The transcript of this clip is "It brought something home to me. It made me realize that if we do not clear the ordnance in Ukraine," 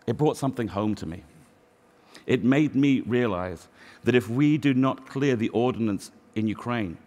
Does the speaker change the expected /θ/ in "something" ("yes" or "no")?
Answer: no